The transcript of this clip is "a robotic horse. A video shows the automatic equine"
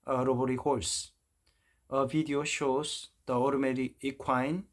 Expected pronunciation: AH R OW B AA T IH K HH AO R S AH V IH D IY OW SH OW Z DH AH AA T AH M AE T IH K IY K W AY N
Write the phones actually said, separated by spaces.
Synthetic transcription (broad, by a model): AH R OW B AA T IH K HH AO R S AH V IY D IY OW SH OW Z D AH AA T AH M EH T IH IY K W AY N